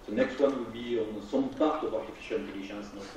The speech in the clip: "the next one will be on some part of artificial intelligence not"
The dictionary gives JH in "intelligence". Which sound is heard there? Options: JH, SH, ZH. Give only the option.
SH